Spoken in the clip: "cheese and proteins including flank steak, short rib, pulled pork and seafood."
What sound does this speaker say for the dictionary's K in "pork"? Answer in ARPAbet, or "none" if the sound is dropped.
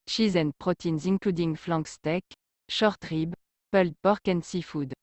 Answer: K